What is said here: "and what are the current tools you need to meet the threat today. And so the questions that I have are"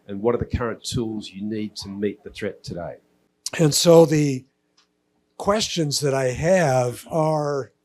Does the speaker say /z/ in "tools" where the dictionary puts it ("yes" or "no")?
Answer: yes